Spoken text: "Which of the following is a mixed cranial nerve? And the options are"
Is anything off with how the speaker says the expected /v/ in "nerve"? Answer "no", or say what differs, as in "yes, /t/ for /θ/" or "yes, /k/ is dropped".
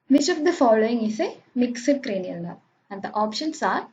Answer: yes, /v/ is dropped